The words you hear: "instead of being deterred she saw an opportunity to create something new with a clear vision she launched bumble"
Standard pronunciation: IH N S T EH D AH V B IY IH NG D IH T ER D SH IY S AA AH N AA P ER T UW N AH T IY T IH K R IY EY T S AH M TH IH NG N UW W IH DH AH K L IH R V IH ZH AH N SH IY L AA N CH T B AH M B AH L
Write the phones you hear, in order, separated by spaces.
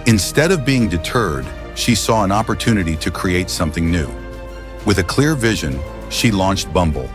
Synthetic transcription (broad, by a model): IH N S T EH D AH V B IY IH NG D IH T ER D SH IY S AA AH N AA P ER T UW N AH T IY T IH K R IY EY T S AH M TH IH NG N UW W IH DH AH K L IH R V IH ZH AH N SH IY L AA N CH T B AH M B L